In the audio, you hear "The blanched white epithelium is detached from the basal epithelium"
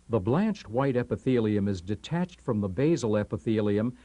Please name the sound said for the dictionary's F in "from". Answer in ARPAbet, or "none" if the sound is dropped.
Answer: F